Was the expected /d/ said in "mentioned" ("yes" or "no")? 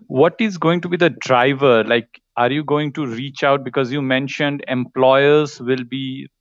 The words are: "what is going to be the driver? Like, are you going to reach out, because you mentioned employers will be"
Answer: yes